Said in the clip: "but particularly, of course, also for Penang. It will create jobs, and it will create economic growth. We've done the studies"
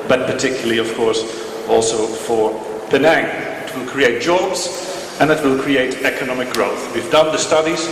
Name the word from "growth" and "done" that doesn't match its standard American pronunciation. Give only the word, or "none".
none